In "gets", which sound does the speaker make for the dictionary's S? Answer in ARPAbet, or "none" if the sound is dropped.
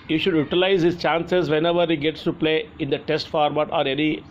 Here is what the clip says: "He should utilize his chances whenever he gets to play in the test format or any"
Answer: S